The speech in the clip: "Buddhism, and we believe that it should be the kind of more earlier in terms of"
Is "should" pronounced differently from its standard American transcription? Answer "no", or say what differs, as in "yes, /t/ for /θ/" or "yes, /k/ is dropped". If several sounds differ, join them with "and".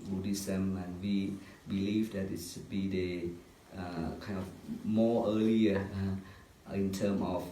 yes, /s/ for /ʃ/